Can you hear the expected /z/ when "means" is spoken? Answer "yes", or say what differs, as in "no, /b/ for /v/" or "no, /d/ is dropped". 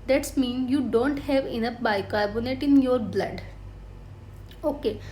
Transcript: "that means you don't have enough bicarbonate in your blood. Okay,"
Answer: no, /z/ is dropped